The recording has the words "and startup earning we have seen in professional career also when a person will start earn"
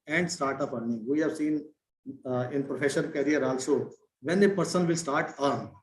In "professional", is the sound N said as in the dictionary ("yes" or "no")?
no